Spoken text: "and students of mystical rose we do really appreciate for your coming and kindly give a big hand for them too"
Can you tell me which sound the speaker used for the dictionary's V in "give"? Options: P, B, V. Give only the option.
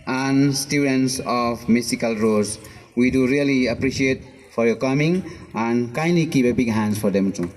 P